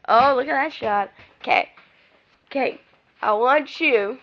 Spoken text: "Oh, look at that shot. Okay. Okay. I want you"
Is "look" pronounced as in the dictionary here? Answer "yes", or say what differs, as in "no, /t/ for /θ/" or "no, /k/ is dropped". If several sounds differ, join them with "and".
yes